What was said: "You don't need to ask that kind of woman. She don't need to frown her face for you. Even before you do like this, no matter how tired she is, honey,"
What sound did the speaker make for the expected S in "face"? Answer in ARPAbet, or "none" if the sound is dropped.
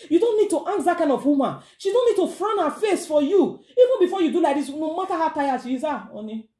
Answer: S